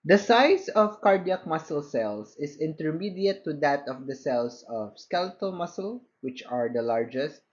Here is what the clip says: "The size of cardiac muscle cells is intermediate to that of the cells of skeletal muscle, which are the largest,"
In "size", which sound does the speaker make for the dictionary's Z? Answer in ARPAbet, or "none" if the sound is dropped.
S